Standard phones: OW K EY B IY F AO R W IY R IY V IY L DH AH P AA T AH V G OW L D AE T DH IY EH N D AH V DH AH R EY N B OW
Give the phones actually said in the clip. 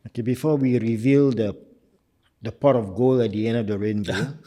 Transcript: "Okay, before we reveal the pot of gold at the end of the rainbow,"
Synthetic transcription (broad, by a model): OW K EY B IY F AO W IY R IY V IY L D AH P AA T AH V G OW L AE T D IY EH N D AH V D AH R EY N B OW